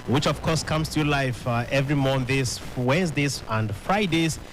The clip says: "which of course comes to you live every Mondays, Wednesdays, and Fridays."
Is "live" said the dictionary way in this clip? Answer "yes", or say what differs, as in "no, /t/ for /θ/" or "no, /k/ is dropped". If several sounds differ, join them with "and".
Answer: no, /f/ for /v/